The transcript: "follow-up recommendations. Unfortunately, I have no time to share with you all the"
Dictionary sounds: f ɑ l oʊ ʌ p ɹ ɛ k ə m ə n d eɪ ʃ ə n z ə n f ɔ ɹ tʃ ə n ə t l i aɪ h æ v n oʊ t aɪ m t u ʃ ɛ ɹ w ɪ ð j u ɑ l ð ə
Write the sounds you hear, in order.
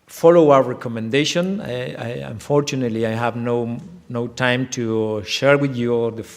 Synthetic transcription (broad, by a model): f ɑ l oʊ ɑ ɹ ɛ k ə m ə n d eɪ ʃ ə n ə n f ɔ ɹ tʃ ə n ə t l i aɪ h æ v n oʊ t aɪ m t u ʃ ɛ ɹ w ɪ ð j u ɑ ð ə